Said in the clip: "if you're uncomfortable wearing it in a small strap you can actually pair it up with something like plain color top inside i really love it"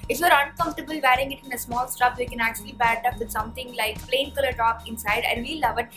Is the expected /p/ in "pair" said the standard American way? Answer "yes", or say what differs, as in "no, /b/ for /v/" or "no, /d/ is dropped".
no, /b/ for /p/